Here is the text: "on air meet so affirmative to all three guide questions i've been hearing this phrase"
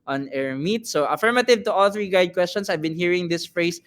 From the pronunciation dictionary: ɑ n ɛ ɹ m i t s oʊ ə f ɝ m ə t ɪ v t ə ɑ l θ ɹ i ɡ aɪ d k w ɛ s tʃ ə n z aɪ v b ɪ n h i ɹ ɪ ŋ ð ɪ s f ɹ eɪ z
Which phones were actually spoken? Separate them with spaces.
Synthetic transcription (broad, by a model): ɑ n ɛ ɹ m i t s oʊ ə f ɝ m ə t ɪ v t ə ɑ l θ ɹ i ɡ aɪ d k w ɛ s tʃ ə n s aɪ v b ɪ n h i ɹ ɪ ŋ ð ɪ s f ɹ eɪ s